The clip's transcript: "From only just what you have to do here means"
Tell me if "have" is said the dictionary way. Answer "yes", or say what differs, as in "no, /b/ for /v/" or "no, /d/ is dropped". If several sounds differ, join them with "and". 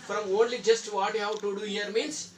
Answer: no, /w/ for /v/